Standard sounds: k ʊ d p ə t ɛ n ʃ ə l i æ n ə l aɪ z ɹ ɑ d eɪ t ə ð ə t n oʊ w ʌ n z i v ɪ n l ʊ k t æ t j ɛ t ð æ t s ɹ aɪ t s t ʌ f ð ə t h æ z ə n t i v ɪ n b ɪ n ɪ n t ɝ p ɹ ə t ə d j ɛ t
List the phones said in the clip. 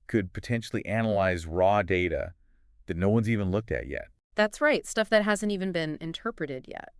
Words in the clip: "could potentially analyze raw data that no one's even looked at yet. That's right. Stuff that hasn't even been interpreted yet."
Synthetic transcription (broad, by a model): k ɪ d p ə t ɛ n ʃ l i æ n ə l aɪ z ɹ ɑ d eɪ t ə ð ə t n oʊ w ʌ n z i v ɪ n l ʊ k t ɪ t j ɛ t ð æ t s ɹ aɪ t s t ʌ f ð ə t h æ z ə n t i v ɪ n b ɪ n ɪ n t ɝ p ɹ ə t ə d j ɛ t